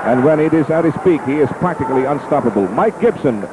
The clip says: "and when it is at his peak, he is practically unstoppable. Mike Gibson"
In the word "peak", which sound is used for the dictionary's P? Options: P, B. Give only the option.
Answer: P